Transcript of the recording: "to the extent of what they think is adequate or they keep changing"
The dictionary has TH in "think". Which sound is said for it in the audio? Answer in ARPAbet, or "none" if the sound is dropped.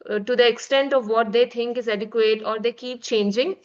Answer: T